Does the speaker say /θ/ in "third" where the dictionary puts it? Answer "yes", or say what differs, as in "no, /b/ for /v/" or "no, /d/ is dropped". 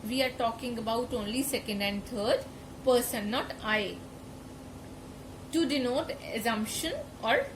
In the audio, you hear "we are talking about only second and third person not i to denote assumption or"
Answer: no, /t/ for /θ/